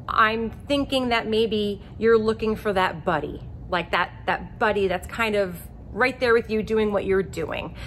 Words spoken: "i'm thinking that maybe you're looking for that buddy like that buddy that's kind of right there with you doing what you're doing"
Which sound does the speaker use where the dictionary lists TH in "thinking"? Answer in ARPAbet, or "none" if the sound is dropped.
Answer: TH